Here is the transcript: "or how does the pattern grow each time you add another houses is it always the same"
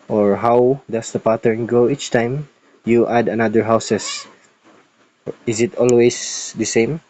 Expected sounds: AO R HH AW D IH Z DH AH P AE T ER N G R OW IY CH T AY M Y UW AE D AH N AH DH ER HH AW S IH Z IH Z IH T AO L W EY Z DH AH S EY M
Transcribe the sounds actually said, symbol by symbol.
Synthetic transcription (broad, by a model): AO R HH AW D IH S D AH P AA T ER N G OW IY CH T AY M Y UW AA D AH N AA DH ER HH AW S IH S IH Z IH T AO L W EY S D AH S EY M